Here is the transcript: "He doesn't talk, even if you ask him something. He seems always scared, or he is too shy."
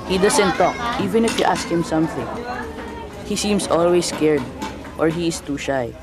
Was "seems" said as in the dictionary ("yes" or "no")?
no